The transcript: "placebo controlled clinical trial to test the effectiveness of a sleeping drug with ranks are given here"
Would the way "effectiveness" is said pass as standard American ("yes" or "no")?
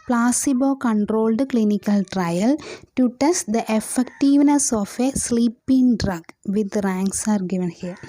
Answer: yes